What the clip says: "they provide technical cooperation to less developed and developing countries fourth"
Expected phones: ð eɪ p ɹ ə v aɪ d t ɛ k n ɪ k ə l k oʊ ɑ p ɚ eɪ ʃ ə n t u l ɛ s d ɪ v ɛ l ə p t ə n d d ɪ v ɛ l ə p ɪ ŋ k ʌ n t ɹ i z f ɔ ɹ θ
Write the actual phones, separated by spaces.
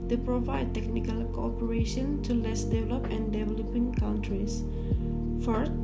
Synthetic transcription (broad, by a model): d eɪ p ɹ ə v aɪ d t ɛ k n ɪ k ə l k oʊ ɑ p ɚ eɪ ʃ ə n t u l ɛ s d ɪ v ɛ l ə p ə n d d ɪ v ɛ l ə p ɪ ŋ k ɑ n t ɹ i s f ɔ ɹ